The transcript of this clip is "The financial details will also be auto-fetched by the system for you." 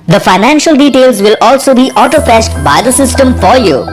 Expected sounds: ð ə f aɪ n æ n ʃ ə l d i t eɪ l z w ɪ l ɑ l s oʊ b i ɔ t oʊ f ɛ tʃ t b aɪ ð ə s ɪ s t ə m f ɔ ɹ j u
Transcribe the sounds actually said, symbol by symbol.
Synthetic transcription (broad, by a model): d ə f aɪ n æ n ʃ ə l d i t eɪ l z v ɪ l ɑ l s oʊ b i ɔ t oʊ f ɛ ʃ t b aɪ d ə s ɪ s t ə m f ɔ ɹ j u